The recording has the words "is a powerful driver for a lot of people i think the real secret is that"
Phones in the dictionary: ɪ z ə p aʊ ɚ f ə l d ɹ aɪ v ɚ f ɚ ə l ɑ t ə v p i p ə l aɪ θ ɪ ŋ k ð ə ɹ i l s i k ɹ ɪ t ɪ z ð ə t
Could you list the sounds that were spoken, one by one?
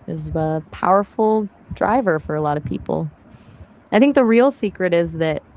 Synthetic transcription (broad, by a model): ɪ z ə p aʊ ɚ f l d ɹ aɪ v ɚ f ɚ ə l ɑ t ə v p i p l aɪ θ ɪ ŋ k ð ə ɹ i l s i k ɹ ɪ t ɪ z ð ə t